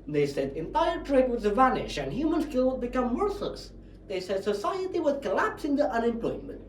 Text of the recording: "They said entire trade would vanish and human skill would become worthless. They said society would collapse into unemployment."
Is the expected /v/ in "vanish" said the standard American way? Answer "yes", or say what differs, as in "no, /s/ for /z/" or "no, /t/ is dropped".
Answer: yes